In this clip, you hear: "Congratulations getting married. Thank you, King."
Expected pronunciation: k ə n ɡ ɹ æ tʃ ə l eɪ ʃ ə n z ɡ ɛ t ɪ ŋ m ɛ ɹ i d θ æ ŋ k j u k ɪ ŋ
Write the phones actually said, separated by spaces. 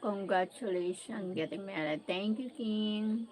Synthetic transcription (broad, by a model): k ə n ɡ ɹ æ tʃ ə l eɪ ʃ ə n ɡ ɛ t ɪ ŋ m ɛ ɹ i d t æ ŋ k j u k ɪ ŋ